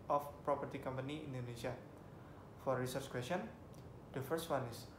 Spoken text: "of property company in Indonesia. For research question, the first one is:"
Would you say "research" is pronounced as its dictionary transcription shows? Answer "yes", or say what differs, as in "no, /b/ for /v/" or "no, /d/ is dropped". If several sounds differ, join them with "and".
yes